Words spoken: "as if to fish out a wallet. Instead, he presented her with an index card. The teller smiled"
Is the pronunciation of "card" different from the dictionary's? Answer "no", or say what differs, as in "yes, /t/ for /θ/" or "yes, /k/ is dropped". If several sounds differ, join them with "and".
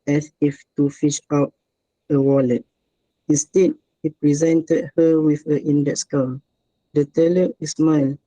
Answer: yes, /l/ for /ɹ/